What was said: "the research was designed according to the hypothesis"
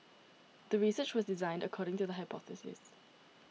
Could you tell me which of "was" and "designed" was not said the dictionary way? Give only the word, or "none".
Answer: none